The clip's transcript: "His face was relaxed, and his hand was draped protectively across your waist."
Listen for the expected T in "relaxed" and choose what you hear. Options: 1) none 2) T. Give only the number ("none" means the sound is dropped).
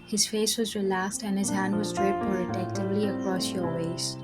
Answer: 2